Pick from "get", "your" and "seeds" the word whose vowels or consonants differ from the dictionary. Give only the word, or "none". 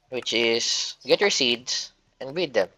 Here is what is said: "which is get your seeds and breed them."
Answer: seeds